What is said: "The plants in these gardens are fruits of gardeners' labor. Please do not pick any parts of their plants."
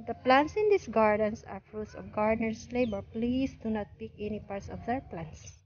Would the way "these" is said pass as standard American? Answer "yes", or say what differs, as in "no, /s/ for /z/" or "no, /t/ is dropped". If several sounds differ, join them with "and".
no, /s/ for /z/